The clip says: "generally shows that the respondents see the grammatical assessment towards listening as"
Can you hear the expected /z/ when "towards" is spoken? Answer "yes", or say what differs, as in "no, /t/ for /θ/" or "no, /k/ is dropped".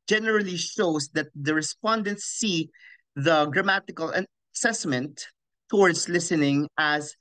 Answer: no, /s/ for /z/